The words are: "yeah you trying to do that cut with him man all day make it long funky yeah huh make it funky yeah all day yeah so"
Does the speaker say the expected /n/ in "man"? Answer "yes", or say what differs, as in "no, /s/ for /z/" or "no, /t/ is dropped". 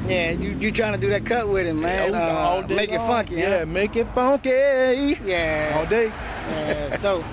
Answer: no, /n/ is dropped